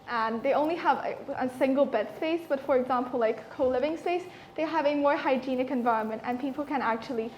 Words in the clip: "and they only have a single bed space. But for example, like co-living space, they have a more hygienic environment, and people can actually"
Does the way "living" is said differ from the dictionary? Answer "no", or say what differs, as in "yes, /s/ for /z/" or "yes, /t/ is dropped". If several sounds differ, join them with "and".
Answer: no